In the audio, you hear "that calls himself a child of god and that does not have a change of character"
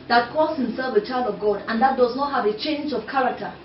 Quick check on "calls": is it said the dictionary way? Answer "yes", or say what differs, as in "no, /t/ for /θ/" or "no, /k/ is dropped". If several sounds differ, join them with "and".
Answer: no, /l/ is dropped